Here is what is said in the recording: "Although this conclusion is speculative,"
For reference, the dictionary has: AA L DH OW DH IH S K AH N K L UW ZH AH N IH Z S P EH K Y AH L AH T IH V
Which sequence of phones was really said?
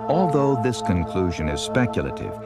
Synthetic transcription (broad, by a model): AA L DH OW DH IH S K AH N K L UW ZH AH N IH Z S P EH K Y L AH T IH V